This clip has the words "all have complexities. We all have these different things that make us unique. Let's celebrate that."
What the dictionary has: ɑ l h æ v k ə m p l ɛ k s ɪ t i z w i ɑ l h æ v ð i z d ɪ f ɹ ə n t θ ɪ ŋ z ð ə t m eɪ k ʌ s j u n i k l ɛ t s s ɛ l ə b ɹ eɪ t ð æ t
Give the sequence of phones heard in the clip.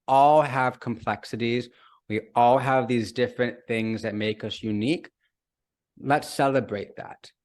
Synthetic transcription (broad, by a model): ɑ l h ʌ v k ə m p l ɛ k s ɪ t i z w i ɑ l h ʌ v ð i z d ɪ f ɹ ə n θ ɪ ŋ z ð ə t m eɪ k ʌ s j u n i k l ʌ t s s ɛ l ə b ɹ eɪ t ð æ t